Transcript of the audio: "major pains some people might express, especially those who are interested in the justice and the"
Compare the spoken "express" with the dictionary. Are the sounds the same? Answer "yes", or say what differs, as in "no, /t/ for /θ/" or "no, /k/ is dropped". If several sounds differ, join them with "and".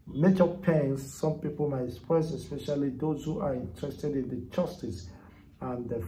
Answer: no, /k/ is dropped